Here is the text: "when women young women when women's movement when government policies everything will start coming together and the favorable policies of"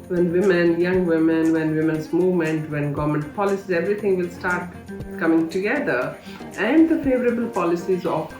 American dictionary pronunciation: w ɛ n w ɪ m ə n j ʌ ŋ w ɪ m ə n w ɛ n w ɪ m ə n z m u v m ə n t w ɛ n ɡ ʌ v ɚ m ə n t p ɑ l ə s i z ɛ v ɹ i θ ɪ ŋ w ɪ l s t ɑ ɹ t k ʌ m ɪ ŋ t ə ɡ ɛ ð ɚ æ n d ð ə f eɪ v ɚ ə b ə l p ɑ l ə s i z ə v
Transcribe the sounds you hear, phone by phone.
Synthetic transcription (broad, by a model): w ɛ n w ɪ m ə n j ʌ ŋ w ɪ m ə n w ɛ n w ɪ m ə n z m u v m ə n t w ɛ n ɡ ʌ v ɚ m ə n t p ɑ l ə s i z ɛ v ɹ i t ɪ ŋ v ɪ l s t ɑ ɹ t k ʌ m ɪ ŋ t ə ɡ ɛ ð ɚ æ n d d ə f eɪ v ɚ ə b ə l p ɑ l ə s i z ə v